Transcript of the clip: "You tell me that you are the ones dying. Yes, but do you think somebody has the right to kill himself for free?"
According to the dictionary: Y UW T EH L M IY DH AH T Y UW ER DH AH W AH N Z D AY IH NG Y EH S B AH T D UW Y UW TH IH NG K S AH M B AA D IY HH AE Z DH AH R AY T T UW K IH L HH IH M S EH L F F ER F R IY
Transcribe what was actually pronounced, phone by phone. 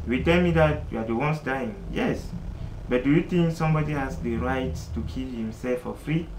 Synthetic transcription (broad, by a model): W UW T EH L M IY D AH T Y UW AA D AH W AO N S D AY IH NG Y EH S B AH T D UW Y UW T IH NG K S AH M B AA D IY HH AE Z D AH R AY T T UW K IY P HH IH M S EH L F F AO F R IY